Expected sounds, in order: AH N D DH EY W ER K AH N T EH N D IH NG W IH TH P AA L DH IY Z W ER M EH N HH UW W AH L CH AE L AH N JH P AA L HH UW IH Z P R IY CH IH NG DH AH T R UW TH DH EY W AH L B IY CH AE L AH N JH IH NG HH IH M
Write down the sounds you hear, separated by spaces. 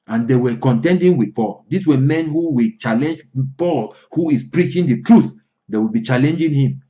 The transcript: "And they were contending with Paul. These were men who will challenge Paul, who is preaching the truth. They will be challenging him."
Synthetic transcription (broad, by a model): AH N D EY W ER K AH N T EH N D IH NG W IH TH P AA L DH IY S W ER M EH N HH UW W AH L CH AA L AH N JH P AA L HH UW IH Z P R IY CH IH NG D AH T R UW TH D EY W AH L B IY CH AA L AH N JH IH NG HH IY M